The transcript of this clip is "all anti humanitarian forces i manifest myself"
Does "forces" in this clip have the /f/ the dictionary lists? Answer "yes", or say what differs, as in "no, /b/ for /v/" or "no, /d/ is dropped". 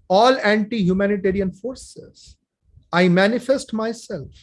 yes